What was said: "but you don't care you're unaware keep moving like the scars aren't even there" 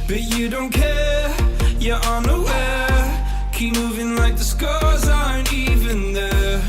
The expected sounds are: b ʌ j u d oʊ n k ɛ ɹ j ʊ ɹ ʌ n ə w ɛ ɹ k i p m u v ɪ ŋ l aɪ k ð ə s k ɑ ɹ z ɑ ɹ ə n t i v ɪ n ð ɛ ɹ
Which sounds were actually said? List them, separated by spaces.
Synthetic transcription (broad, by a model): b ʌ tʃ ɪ d oʊ n k ɛ ɹ j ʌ ɹ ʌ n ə w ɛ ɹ k i p m u v ɪ ŋ l aɪ k ð ə s k ɑ ɹ z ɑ ə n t i v ɪ n ð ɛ